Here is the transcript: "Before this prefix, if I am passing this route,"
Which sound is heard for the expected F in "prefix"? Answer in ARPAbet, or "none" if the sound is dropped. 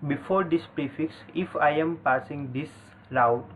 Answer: F